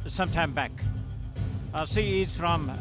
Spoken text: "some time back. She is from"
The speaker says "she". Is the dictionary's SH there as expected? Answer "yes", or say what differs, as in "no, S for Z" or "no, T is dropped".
no, S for SH